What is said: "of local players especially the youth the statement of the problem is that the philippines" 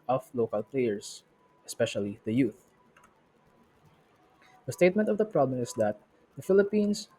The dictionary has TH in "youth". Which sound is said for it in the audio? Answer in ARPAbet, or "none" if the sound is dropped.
TH